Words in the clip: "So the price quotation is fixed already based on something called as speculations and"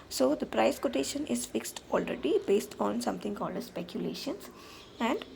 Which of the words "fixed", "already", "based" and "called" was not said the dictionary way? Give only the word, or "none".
none